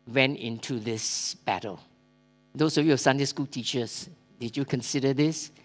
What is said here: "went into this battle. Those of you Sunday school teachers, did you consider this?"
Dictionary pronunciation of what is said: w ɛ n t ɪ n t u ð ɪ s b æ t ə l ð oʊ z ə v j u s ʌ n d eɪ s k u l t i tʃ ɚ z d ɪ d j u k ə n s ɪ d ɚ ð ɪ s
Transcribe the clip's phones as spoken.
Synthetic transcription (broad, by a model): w ɛ n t ɪ n t u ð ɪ s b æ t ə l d oʊ s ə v j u s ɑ n d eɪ s k u l t i tʃ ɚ s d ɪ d j u k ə n s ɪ d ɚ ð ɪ s